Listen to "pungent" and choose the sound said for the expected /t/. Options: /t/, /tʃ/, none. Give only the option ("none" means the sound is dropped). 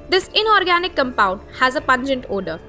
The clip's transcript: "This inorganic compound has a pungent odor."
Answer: /t/